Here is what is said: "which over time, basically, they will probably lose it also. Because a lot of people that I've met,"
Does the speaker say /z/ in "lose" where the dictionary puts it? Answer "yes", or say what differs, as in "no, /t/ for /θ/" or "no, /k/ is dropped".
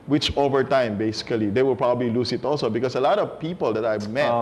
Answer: no, /s/ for /z/